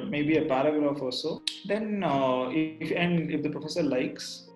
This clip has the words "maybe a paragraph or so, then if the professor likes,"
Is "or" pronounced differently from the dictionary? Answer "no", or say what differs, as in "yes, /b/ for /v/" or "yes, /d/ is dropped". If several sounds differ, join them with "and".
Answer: yes, /l/ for /ɹ/